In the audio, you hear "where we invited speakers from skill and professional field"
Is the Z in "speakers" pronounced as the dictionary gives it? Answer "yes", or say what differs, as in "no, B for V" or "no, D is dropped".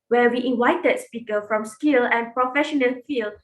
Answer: no, Z is dropped